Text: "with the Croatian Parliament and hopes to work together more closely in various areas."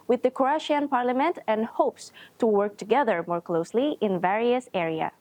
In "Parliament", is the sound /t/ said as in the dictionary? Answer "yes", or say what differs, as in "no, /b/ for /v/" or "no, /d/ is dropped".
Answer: yes